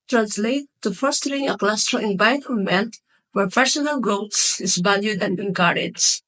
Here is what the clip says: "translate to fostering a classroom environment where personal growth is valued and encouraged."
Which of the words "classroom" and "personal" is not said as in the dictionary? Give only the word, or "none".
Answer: classroom